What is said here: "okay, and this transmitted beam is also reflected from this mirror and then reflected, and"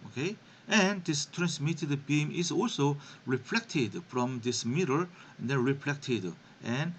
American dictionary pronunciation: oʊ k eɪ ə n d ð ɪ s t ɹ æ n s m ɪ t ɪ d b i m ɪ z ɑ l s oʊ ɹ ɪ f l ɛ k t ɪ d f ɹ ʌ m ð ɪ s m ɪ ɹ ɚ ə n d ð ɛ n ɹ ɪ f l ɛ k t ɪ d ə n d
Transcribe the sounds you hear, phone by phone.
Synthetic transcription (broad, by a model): oʊ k eɪ ə n d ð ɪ s t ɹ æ n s m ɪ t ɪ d b i m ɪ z ɑ l s oʊ ɹ ɪ f l ɛ k t ɪ d f ɹ ʌ m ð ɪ s m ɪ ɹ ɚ ə n d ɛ n ɹ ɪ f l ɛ k t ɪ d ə n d